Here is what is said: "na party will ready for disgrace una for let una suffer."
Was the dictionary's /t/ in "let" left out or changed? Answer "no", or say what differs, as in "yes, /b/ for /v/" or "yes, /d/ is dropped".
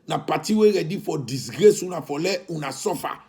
yes, /t/ is dropped